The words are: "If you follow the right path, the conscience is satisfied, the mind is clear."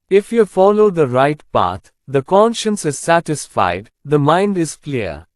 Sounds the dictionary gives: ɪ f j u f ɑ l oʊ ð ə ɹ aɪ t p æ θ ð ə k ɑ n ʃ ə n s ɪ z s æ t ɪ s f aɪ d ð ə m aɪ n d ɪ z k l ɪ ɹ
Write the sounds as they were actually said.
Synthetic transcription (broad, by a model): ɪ f j u f ɑ l oʊ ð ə ɹ aɪ t p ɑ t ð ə k ɑ n ʃ ə n s ɪ z s æ t ɪ s f aɪ d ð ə m aɪ n d ɪ z k l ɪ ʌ